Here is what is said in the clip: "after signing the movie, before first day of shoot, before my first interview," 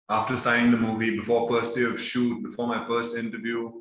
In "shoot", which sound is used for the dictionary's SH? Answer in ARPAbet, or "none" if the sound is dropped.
SH